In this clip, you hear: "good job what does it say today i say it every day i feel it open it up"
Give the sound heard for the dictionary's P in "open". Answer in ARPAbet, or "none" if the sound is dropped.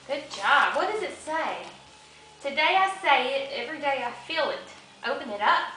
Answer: P